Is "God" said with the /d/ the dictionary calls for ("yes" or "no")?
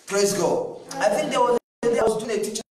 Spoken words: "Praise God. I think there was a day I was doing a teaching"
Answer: no